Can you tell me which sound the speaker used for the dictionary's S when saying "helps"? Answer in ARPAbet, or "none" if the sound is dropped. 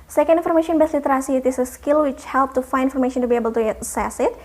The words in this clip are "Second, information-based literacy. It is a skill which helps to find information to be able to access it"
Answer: none